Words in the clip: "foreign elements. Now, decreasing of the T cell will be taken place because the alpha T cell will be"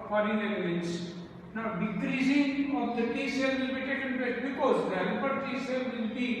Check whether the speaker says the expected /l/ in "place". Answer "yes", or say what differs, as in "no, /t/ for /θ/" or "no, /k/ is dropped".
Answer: no, /l/ is dropped